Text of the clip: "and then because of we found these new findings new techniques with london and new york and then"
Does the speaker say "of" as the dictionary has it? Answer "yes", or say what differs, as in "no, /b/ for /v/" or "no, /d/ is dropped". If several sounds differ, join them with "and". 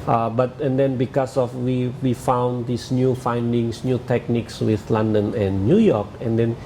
no, /w/ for /v/